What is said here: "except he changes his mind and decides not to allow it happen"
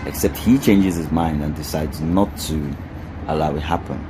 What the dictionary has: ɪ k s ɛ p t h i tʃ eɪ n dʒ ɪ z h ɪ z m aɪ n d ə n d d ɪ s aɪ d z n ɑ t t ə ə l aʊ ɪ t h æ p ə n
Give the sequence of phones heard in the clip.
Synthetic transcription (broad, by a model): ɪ k s ɛ p t h i tʃ eɪ n dʒ ɪ z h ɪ z m aɪ n d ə n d d ɪ s aɪ d z n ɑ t t ə ə l aʊ ɪ t h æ p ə n